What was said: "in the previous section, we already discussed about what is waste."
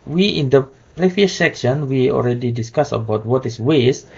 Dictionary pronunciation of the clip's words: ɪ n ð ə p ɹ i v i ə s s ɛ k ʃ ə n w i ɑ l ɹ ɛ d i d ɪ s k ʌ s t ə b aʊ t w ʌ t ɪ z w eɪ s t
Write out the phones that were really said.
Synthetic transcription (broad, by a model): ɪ n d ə p ɹ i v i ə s s ɛ k ʃ ə n w i ɑ l ɹ ɛ d i d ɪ s k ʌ s ə b aʊ t w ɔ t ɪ s w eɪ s